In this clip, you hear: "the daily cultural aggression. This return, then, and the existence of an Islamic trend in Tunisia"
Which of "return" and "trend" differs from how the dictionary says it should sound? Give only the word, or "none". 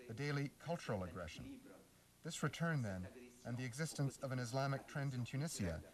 none